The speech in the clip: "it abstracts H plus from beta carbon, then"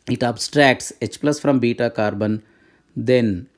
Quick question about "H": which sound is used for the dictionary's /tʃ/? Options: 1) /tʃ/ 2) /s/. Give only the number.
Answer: 1